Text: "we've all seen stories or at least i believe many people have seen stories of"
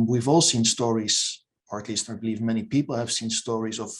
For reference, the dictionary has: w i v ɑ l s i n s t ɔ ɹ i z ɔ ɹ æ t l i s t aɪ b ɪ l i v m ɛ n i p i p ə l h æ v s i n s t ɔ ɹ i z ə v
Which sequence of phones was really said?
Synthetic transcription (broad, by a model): w i v ɑ l s i n s t ɔ ɹ i z ɔ ɹ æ t l i s t aɪ b ɪ l i v m ɛ n i p i p l h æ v s i n s t ɔ ɹ i z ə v